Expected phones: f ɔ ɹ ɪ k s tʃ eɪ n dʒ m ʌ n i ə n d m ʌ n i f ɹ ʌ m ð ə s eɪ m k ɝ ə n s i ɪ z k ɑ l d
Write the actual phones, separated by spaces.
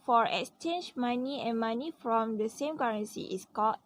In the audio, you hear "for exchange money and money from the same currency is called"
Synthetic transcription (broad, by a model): f ɔ ɹ ɪ k s tʃ eɪ n dʒ m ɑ n i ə n m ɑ n i f ɹ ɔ m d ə s eɪ m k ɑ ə n s i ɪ s k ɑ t